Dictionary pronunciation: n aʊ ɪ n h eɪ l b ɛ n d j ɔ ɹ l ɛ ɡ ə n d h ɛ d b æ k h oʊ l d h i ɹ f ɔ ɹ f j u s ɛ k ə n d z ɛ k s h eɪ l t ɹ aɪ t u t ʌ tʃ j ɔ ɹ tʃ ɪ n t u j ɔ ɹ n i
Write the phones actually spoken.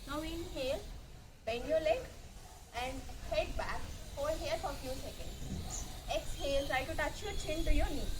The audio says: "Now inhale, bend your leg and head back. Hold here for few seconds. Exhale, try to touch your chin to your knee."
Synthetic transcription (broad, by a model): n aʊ ɪ n h eɪ l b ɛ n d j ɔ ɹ l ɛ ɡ ə n d h ɛ d b æ k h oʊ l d h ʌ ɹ f ɔ ɹ f j u s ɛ k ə n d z ɛ k s h eɪ l t ɹ aɪ t u t ʌ tʃ j ɔ ɹ tʃ ɪ n t u j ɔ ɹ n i